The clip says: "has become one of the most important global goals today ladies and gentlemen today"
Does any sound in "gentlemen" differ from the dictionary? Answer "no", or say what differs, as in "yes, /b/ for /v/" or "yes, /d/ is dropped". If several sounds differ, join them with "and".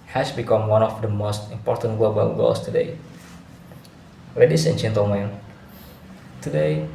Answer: yes, /l/ is dropped